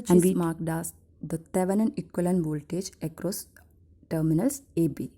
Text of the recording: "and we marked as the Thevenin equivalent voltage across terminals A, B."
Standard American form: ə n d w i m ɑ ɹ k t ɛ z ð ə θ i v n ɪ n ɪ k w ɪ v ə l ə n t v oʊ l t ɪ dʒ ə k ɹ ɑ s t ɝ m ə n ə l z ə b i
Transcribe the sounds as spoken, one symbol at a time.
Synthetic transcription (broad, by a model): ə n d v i m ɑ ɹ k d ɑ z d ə t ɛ v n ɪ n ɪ k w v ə l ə n v oʊ l t ɪ dʒ ə k ɹ ɑ s t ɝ m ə n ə l s ə b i